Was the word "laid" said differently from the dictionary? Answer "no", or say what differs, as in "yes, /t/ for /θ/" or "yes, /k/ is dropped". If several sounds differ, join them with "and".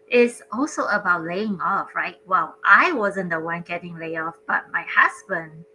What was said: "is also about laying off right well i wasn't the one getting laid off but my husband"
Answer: yes, /d/ is dropped